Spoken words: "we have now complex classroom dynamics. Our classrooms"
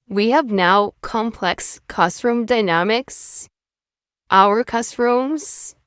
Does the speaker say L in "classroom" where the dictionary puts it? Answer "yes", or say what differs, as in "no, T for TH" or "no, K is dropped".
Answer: no, L is dropped